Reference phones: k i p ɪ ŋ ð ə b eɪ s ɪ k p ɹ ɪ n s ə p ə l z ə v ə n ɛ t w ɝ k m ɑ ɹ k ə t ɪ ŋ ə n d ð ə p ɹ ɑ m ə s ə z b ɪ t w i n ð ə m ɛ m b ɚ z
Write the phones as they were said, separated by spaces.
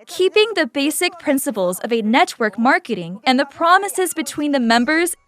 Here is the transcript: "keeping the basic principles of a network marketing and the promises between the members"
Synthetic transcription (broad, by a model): k i p ɪ ŋ ð ə b eɪ s ɪ k p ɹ ɪ n s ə p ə l z ə v ə n ɛ t w ɝ k m ɑ ɹ k ə t ɪ ŋ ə n ð ə p ɹ ɑ m ə s ə z b ɪ t w i n ð ə m ɛ m b ɚ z